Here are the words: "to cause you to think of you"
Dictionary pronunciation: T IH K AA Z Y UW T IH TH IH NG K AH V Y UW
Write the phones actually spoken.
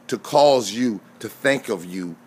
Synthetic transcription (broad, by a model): T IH K AA Z Y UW T IH TH IH NG K AH V Y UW